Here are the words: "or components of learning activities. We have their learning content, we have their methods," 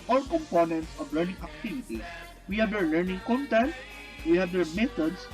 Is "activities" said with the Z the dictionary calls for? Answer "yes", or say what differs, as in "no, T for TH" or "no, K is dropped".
no, S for Z